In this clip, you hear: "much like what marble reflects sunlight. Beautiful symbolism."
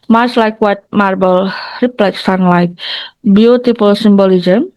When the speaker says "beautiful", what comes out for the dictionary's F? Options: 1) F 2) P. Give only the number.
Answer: 2